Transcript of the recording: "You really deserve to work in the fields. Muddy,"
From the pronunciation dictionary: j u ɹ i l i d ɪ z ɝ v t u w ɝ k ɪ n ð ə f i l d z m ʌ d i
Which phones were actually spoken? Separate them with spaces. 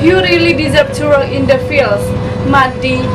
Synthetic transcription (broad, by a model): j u ɹ i l i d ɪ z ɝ p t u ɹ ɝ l ɪ n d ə f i l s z m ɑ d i